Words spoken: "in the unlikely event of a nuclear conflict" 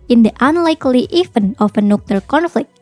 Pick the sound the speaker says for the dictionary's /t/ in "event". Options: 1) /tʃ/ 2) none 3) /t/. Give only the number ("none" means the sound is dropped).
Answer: 2